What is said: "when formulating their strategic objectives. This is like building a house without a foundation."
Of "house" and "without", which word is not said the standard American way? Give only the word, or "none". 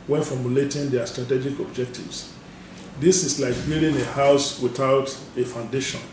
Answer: none